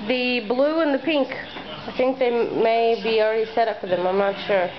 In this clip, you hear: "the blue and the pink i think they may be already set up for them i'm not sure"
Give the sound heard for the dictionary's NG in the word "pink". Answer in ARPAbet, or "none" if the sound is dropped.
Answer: NG